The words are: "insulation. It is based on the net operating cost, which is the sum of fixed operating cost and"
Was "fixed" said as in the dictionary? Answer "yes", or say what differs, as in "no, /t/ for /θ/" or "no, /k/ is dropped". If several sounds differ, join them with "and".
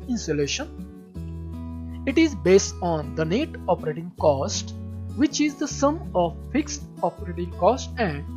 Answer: yes